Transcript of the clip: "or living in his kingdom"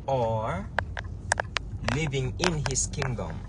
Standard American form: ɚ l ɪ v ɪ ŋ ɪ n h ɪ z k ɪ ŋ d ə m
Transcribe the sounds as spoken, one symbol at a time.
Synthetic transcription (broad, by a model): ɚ l ɪ v ɪ ŋ ɪ n h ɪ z k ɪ ŋ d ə m